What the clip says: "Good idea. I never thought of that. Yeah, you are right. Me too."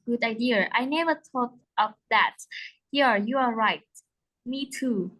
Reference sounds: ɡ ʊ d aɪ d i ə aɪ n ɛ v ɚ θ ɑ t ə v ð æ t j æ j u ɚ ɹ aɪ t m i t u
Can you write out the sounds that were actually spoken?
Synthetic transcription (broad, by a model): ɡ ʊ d aɪ d i ə aɪ n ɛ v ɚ t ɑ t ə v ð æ t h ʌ j u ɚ ɹ aɪ t m i t u